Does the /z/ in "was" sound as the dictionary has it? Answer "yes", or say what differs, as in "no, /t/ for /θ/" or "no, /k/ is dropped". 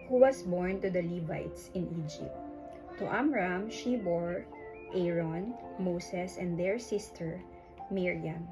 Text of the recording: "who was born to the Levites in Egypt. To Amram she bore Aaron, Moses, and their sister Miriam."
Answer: no, /s/ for /z/